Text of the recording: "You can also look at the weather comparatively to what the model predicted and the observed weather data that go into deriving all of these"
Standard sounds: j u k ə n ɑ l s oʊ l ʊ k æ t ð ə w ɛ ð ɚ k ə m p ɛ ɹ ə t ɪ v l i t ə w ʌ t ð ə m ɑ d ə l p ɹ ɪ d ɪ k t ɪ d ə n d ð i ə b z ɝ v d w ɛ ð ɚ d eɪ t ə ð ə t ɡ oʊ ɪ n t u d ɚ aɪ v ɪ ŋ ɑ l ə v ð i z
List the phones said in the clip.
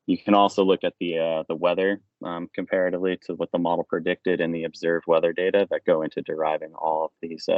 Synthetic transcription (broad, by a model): j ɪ k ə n ɑ l s oʊ l ʊ k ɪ t ð ə w ɛ ð ɚ k ə m p ɛ ɹ ə t ɪ v l i t ə w ʌ t ð ə m ɑ d l p ɹ ɪ d ɪ k t ɪ d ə n ð i ə b z ɝ v d w ɛ ð ɚ d eɪ t ə ð ə t ɡ oʊ ɪ n t u d ɚ aɪ v ɪ ŋ ɑ l ə v ð i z